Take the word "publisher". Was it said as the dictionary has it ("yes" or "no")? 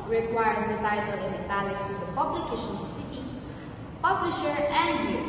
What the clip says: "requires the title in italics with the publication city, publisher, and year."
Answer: yes